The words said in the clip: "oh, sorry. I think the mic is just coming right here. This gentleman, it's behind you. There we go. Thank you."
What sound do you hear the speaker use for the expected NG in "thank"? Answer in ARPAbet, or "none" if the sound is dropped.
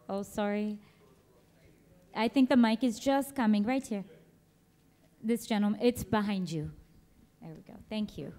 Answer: NG